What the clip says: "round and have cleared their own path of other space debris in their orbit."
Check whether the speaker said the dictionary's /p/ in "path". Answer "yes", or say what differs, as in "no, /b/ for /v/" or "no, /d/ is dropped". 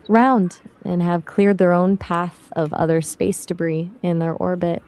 yes